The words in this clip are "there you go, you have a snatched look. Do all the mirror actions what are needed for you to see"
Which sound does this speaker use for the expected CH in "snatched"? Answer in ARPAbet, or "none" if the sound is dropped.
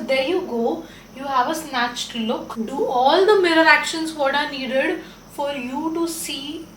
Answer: CH